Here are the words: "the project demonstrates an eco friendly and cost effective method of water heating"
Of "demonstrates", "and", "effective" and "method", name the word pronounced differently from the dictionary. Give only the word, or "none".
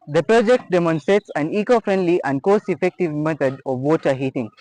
method